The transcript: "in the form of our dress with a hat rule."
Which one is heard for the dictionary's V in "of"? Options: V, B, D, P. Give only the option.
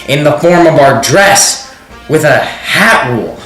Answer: V